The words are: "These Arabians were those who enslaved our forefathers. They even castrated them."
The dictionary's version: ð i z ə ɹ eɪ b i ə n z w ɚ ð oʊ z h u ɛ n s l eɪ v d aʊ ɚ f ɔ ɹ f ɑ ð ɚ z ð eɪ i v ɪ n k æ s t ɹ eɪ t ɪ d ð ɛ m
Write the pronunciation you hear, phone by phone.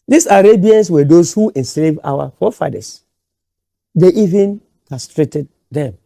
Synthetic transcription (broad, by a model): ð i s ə ɹ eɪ b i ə n s w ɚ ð oʊ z h u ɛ n s l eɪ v aʊ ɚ f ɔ f ɑ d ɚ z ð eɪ i v ɪ n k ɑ s t ɹ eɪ t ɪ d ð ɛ m